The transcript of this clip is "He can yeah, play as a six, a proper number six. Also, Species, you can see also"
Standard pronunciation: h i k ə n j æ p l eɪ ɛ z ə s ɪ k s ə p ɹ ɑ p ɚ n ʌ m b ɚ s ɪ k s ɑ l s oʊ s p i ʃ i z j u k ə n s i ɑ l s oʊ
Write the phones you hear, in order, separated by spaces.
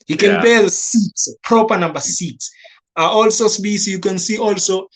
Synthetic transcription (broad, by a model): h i k ə n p eɪ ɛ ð ə s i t s p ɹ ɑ p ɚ n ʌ m b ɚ s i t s ɑ l s oʊ s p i s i j u k ə n s i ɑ l s oʊ